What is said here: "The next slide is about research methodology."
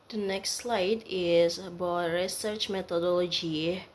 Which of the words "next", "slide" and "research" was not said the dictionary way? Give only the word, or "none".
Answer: none